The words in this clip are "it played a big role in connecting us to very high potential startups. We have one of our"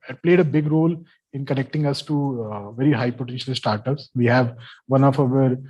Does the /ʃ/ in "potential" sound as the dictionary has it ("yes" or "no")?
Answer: yes